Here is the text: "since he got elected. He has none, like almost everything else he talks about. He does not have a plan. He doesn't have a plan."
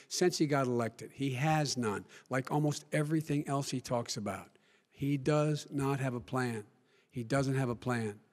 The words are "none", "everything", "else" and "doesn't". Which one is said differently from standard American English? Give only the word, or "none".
none